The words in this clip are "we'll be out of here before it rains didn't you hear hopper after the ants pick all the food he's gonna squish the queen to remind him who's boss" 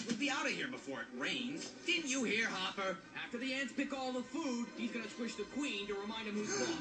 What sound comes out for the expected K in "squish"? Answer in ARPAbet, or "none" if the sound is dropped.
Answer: none